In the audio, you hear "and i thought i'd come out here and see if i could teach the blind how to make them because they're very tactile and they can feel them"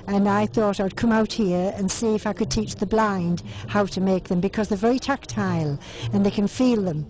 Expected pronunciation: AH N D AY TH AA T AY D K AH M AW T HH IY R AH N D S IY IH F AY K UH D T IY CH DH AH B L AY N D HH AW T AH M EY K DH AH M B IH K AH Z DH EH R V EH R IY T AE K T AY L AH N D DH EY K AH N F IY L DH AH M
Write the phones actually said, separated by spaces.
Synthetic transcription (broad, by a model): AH N AY TH AA T AY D K AH M AW T HH IY R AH N S IY IH F AY K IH D T IY CH DH AH B L AY N D HH AW T AH M EY K DH AH M B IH K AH Z DH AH R V EH R IY T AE K T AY L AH N DH EY K AH N F IY L DH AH M